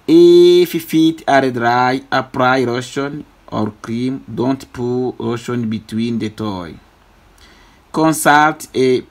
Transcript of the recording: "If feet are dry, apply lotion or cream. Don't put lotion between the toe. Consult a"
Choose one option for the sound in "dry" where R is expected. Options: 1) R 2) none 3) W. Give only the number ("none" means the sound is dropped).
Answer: 1